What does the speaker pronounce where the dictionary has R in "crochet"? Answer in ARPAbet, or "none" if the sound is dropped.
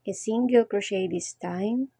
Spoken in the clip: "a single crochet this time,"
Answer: R